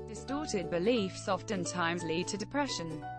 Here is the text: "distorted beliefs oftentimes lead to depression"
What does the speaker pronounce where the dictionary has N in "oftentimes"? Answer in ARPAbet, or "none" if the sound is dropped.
N